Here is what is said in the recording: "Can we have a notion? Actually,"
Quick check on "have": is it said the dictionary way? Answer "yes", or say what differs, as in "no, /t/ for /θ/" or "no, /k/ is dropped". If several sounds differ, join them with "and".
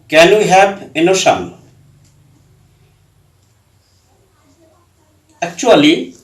no, /p/ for /v/